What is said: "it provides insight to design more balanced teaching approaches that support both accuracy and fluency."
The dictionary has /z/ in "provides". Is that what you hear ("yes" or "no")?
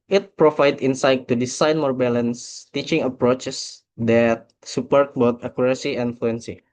no